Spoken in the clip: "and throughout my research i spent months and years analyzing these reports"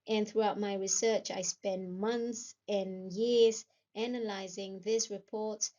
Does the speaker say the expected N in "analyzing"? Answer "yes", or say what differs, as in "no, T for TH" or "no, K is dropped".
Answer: yes